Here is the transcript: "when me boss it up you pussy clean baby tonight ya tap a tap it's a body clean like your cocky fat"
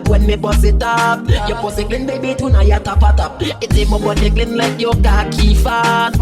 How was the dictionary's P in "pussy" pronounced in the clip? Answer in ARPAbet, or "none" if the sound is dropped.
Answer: B